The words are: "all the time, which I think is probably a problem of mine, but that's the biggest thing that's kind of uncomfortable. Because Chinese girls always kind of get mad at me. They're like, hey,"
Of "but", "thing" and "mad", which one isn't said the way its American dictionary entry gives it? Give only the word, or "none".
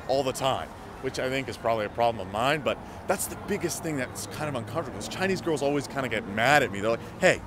none